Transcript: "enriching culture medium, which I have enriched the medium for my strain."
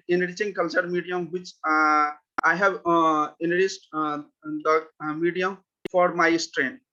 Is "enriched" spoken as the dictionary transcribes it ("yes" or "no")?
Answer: no